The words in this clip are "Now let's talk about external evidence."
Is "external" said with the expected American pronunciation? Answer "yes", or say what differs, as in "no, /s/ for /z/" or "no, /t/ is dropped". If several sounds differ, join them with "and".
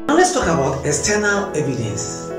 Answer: no, /k/ is dropped